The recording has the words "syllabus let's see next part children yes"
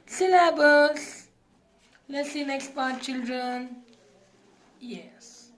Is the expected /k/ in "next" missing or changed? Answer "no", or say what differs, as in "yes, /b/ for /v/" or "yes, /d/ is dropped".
no